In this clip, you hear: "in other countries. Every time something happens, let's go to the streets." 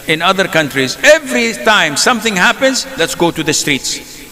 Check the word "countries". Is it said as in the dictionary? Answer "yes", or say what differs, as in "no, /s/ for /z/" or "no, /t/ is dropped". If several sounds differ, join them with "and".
yes